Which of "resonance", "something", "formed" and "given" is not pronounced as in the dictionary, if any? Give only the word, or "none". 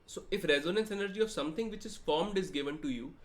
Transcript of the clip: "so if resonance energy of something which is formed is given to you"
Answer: something